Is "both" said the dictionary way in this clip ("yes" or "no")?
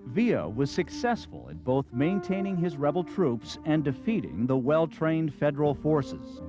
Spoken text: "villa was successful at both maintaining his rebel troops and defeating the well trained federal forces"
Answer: yes